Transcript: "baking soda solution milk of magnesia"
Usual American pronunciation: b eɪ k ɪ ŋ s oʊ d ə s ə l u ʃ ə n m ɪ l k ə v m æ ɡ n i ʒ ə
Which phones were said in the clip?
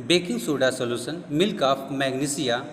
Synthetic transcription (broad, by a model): b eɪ k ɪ ŋ s oʊ d ə s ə l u s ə n m ɪ l k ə f m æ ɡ n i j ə